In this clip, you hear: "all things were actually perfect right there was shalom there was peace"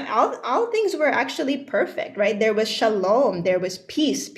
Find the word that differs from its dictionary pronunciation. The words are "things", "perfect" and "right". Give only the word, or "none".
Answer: none